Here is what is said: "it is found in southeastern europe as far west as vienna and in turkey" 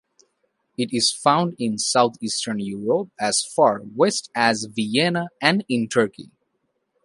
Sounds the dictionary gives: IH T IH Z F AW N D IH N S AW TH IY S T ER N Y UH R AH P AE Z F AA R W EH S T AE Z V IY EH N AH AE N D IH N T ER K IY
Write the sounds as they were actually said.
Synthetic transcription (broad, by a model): IH T IH Z F AW N D IH N S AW T IY S T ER N Y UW R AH P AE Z F AA R W EH S T AE Z V IY EH N AH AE N D IH N T ER K IY